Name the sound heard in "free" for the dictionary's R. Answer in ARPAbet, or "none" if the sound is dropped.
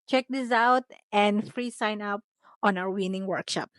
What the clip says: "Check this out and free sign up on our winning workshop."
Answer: R